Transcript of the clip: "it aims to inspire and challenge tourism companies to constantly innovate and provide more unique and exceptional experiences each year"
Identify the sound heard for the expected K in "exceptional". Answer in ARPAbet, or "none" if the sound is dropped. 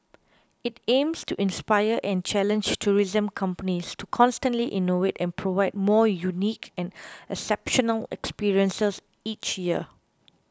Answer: none